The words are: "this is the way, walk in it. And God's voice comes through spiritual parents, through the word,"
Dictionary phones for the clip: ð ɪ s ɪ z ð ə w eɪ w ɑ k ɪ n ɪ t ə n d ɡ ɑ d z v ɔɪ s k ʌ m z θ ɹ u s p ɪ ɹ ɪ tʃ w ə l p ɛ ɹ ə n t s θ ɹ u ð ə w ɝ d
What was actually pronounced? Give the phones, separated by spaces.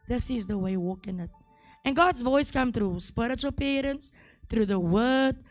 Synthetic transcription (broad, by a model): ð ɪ s ɪ z ð ə w eɪ w ɑ k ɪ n ɪ t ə n ɡ ɑ d z v ɔɪ s k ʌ m θ ɹ u s p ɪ ɹ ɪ tʃ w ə l p ɛ ɹ ə n t s θ ɹ u ð ə w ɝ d